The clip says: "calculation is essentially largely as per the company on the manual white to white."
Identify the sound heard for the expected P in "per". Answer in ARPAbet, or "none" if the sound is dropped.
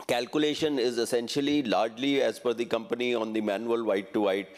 F